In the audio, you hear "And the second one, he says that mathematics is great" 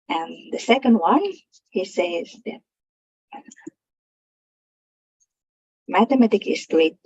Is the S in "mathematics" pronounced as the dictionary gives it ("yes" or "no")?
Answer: no